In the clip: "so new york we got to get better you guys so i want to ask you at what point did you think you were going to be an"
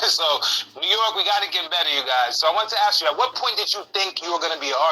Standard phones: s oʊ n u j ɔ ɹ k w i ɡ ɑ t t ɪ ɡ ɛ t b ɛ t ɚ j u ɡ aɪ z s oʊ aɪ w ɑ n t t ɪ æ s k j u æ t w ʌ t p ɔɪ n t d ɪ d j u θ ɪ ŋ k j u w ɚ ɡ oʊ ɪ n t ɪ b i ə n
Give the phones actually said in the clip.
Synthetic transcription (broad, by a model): s oʊ n u j ɔ ɹ k w i ɡ ɑ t t ɪ ɡ ɛ t b ɛ t ɚ j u ɡ aɪ z s oʊ aɪ w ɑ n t t ɪ æ s k j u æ t w ʌ t p ɔɪ n t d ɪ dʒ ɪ θ ɪ ŋ k j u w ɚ ɡ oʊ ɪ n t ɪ b i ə